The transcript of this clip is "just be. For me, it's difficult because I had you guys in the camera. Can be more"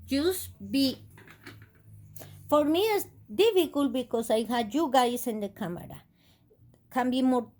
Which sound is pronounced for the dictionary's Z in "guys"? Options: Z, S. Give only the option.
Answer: S